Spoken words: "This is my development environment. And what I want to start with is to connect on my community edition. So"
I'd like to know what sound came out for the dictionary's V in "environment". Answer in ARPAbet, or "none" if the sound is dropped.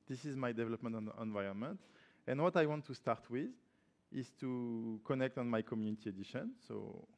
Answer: V